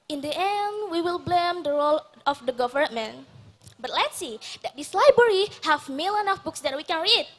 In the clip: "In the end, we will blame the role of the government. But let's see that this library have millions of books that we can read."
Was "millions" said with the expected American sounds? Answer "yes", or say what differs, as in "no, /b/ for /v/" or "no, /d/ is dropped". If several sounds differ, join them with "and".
no, /z/ is dropped